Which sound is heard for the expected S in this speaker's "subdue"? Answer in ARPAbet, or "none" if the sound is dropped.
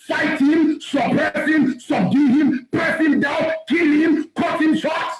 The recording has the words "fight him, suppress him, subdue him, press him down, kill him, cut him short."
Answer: S